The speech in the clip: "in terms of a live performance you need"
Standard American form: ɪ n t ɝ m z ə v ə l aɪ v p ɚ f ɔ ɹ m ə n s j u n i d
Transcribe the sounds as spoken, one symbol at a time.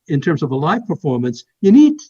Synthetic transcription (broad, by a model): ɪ n t ɝ m z ə v ə l aɪ v p ɚ f ɔ ɹ m ə n s j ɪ n i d